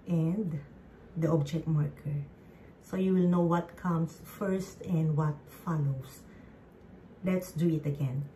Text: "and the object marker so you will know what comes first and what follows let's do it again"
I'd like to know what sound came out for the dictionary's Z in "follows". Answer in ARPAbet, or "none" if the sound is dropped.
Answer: S